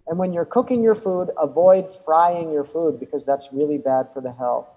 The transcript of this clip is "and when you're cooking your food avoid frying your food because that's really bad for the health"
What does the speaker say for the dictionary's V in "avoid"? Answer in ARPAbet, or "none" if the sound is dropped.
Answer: V